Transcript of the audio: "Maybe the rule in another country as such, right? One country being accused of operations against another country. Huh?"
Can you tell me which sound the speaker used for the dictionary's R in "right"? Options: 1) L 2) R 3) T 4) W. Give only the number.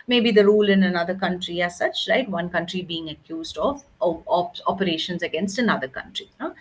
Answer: 1